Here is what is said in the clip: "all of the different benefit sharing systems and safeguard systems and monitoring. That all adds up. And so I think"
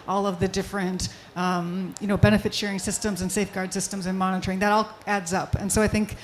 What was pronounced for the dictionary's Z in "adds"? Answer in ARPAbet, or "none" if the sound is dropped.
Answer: Z